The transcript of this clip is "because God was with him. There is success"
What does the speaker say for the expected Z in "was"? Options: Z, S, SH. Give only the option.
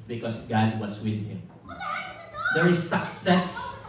S